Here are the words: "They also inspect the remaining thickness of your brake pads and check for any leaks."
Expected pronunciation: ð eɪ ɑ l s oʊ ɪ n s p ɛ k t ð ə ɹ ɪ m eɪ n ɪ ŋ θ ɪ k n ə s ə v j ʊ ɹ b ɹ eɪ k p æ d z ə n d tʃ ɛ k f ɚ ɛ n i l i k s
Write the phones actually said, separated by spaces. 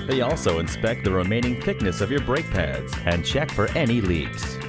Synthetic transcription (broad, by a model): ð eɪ ɑ l s oʊ ɪ n s p ɛ k t ð ə ɹ ɪ m eɪ n ɪ ŋ θ ɪ k n ə s ə v j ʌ ɹ b ɹ eɪ k p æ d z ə n tʃ ɛ k f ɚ ɛ n i l i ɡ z